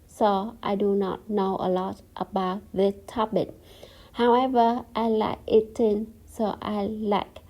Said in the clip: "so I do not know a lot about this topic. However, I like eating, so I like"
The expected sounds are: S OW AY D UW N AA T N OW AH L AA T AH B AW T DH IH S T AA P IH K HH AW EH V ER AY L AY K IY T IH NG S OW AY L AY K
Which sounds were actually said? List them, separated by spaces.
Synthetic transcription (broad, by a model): S OW AY D UW N AA T N OW AH L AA T AH B AW T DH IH T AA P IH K HH AW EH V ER AY L AY K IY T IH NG S OW AY L AY K